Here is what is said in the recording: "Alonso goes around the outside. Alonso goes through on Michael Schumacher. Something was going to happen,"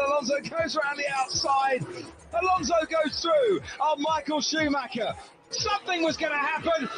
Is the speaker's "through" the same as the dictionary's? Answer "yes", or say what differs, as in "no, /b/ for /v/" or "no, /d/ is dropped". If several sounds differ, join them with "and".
yes